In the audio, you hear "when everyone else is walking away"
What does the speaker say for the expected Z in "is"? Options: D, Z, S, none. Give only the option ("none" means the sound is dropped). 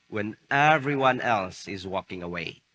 Z